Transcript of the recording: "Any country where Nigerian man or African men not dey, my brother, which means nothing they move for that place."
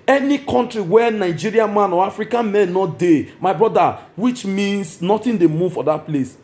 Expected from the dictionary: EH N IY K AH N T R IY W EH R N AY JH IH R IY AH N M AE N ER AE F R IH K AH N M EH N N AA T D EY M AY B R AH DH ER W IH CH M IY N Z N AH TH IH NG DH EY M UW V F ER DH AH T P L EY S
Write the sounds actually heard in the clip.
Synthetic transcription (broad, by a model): EH N IY K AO N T R IY W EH N AY JH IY R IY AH N M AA N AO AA F R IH K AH N M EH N N AA T D EY M AY B R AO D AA W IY CH M IY N S N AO T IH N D EY M UW V F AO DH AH T P L EY S